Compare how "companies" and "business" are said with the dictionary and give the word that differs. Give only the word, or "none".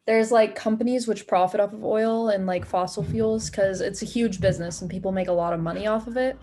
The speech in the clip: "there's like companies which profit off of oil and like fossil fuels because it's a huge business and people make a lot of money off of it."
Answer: none